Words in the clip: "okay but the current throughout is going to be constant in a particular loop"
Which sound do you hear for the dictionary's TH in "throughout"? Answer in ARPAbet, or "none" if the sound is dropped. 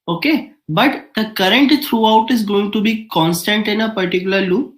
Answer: T